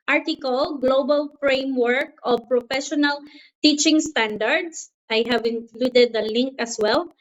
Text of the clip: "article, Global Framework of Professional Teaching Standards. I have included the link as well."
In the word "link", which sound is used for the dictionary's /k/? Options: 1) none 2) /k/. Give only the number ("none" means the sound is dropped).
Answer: 2